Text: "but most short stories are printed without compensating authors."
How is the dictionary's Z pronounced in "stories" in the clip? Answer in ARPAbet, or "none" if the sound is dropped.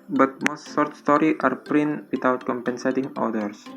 none